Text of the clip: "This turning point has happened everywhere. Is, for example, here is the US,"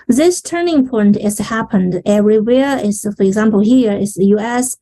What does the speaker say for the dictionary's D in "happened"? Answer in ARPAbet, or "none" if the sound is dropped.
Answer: D